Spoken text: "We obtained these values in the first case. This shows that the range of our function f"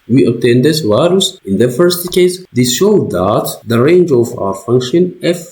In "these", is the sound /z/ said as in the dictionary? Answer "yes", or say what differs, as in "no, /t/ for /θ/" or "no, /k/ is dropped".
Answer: no, /s/ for /z/